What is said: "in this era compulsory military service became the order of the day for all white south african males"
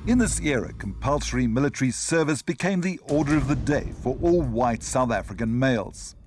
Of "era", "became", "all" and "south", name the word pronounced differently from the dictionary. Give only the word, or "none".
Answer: none